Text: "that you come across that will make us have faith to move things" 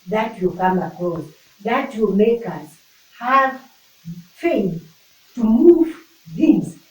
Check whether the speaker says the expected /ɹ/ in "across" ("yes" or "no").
no